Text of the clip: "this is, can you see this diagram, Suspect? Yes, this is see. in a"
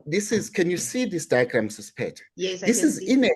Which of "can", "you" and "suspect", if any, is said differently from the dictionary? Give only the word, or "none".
suspect